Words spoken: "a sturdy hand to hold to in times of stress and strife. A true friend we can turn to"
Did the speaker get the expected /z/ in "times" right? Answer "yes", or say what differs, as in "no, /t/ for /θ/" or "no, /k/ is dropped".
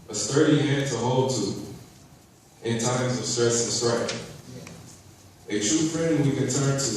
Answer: yes